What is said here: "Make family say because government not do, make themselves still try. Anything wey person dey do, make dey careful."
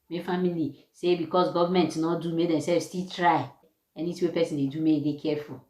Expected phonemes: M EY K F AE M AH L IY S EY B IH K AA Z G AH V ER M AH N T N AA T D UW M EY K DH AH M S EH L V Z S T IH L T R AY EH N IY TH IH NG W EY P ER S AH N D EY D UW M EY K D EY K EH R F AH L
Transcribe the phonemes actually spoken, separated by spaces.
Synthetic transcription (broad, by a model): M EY F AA M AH L IY S EY B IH K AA S G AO V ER M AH N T N AA T D UW M EY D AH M S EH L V S T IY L T R AY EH N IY T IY W EY P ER S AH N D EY D UW M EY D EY K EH F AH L